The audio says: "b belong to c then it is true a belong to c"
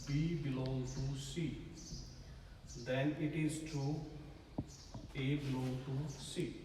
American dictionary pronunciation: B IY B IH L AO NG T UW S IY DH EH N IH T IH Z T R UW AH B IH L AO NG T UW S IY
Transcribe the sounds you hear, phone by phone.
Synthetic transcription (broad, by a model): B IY B IH L AO NG T UW S IY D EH N IH T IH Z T UW AH B IH L AO NG T UW S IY